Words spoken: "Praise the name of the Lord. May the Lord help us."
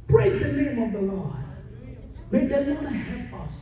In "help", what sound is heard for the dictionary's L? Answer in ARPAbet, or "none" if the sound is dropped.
none